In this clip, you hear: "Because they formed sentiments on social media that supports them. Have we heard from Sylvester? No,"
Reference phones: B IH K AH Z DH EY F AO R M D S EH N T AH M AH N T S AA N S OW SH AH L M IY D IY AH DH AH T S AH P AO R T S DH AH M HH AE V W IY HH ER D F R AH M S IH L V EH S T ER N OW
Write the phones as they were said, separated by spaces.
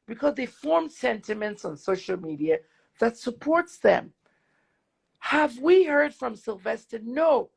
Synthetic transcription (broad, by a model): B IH K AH Z DH EY F AO R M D S EH N T AH M AH N T S N S OW SH L M IY D IY AH DH AH T S AH P AO R T S DH AH M HH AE V W IY HH ER D F R AH M S IH L V EH S T ER N OW